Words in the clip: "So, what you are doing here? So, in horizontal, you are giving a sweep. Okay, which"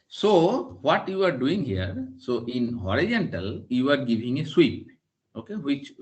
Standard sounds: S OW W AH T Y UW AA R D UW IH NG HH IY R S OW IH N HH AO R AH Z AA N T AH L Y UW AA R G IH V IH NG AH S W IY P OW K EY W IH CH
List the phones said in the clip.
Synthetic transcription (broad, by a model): S OW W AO T Y UW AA R D UW IH NG HH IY R S OW IH N HH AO R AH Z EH N T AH L Y UW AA R G IH V IH NG AH S W IY P OW K EY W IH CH